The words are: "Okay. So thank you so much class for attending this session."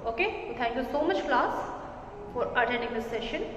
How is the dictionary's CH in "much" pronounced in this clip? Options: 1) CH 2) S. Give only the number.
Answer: 1